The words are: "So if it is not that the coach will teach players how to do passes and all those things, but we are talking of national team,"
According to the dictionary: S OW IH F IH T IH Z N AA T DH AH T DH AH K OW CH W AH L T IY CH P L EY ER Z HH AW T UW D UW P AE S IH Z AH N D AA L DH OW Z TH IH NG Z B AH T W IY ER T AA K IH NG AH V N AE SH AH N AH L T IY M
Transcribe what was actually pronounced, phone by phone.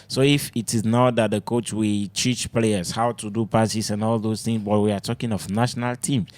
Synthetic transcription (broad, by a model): S OW IH F IH T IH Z N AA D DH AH T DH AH K OW CH W AH L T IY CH P L EY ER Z HH AW T UW D UW P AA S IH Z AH N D AA L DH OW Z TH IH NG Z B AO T W IY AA T AA K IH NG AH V N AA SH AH N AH L T IY M